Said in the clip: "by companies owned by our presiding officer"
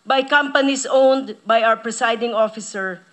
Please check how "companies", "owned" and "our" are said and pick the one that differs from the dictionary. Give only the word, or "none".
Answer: companies